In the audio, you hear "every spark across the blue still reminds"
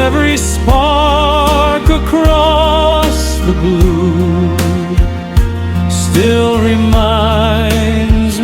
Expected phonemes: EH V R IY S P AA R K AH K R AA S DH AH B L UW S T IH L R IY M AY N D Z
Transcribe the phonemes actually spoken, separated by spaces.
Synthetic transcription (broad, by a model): EH V R IY S P AA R K AH K R AA S DH AH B UW S T IH L R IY M AY N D Z